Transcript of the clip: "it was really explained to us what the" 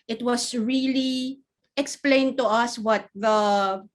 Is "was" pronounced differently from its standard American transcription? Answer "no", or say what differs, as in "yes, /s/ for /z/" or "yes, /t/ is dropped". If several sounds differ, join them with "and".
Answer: yes, /s/ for /z/